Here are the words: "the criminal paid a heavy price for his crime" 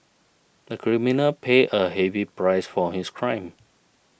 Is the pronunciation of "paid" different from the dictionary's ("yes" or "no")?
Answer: yes